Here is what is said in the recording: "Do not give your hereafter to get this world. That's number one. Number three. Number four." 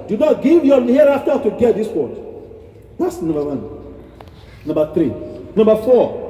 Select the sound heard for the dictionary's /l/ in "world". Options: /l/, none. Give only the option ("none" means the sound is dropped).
none